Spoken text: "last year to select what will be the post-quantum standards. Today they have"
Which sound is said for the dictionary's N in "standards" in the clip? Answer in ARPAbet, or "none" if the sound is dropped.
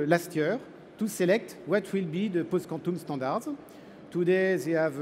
none